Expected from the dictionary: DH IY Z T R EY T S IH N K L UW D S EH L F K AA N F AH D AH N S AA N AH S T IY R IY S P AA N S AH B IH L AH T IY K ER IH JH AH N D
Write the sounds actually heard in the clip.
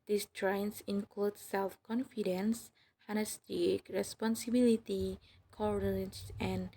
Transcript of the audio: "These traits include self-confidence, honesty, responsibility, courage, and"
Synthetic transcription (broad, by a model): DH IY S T R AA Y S IH N K L UW D S EH L F K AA N F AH D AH N S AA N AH S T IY R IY S P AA N S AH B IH L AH T IY K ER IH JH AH N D